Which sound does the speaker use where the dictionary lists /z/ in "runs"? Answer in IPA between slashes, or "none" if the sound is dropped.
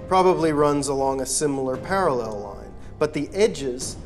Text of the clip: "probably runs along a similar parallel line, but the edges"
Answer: /z/